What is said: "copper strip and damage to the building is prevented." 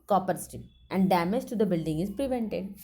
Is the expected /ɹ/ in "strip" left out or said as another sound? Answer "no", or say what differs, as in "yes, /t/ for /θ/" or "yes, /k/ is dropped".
yes, /ɹ/ is dropped